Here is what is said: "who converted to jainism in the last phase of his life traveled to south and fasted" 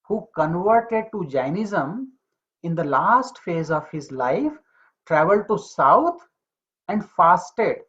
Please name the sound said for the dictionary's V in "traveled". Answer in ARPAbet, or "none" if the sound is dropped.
V